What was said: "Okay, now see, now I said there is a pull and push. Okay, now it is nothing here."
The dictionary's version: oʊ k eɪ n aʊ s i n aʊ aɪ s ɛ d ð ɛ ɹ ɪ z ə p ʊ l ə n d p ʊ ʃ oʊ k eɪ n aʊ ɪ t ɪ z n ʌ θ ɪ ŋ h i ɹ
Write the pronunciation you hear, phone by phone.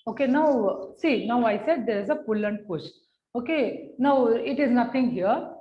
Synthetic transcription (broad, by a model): oʊ k eɪ n aʊ s i n aʊ aɪ s ɛ d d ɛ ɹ ɪ z ə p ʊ l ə n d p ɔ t oʊ k eɪ n aʊ ɪ t ɪ z n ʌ t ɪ ŋ h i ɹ